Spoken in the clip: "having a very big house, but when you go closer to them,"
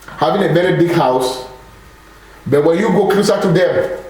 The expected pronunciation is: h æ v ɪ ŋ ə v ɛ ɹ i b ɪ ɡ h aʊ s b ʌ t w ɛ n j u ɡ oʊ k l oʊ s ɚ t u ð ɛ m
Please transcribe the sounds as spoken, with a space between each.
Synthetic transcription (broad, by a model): h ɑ v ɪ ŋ ə b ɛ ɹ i b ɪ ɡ h aʊ s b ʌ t w ɛ n j u ɡ oʊ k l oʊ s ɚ t u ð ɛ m